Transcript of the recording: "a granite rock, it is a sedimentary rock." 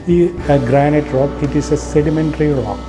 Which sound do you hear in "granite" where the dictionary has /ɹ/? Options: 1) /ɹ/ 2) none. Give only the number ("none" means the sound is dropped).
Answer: 1